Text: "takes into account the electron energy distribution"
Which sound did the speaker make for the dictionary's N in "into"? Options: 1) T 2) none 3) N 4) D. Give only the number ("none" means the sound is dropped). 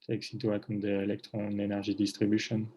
2